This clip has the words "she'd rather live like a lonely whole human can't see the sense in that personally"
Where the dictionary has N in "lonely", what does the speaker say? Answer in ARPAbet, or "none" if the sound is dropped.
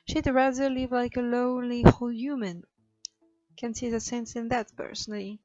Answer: none